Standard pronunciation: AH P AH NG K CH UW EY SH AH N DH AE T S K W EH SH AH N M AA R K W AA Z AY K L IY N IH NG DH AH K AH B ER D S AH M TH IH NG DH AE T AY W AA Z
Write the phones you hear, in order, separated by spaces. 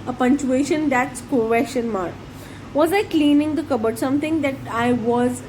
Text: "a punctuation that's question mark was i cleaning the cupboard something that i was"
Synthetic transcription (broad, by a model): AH P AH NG CH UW EY SH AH N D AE T S K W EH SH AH N M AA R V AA Z AY K L IY N IH NG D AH K AH B ER D S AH M T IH NG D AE T AY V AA Z